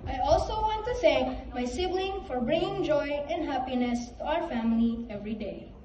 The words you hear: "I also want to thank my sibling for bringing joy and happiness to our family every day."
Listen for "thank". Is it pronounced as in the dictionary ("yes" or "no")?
no